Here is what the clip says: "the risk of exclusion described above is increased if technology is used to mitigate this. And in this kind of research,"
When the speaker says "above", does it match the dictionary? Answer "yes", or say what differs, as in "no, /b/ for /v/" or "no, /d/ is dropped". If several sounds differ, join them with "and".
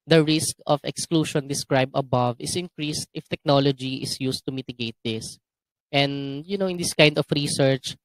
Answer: yes